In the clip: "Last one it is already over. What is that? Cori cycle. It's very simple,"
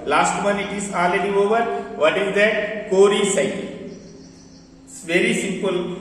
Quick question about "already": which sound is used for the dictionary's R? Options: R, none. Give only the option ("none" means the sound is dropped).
none